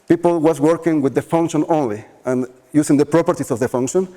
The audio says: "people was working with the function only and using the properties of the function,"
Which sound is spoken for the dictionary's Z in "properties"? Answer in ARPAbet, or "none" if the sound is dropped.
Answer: S